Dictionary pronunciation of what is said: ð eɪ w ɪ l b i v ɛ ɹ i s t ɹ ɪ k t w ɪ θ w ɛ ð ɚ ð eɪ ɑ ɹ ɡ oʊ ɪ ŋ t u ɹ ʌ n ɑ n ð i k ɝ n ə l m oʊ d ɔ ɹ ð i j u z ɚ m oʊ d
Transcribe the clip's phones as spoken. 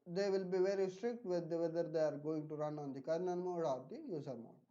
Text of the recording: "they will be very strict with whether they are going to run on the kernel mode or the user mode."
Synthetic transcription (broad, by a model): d eɪ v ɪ l b i v ɛ ɹ i s t ɹ ɪ k t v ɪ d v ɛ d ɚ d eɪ ɑ ɹ ɡ oʊ ɪ ŋ t u ɹ ʌ n ɑ n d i k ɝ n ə n m oʊ d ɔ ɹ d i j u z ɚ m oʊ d